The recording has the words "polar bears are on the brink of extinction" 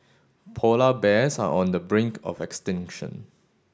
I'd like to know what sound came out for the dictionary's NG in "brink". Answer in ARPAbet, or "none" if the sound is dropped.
NG